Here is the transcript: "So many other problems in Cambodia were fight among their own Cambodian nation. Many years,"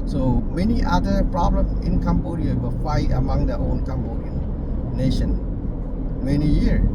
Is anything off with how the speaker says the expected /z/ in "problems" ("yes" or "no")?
yes